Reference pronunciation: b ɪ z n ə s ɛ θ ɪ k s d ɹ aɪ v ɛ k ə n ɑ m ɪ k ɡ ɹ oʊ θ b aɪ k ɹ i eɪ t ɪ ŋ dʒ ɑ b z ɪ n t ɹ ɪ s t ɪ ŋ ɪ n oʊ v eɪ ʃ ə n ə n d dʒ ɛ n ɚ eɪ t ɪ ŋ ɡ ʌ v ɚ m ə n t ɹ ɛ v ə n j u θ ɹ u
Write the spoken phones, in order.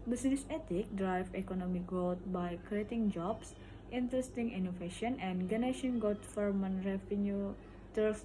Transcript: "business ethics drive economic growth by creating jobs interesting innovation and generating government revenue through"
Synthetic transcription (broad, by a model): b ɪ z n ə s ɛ t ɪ k d ɹ aɪ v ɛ k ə n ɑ m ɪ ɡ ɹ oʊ t b aɪ k ɹ i eɪ t ɪ ŋ dʒ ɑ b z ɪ n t ɹ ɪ s t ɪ ŋ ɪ n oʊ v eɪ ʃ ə n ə n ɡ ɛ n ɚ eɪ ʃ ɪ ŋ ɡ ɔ f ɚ m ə n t ɹ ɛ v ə n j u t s